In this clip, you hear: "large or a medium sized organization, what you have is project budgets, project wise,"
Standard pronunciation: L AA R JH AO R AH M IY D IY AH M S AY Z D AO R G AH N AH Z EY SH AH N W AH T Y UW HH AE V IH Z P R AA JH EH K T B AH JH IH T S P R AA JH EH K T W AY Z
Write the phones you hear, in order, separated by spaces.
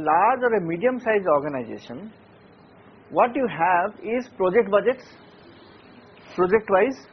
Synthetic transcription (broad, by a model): L AA R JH AO R AH M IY D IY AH M S AY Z AO R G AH N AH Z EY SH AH N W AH T Y UW HH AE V IH Z P R AA JH EH K T B AH JH IH T S P R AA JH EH K T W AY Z